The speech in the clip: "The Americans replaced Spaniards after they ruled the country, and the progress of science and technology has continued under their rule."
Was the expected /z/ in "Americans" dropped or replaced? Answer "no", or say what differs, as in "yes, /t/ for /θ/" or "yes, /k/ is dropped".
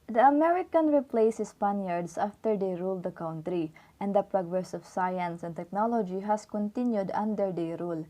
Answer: yes, /z/ is dropped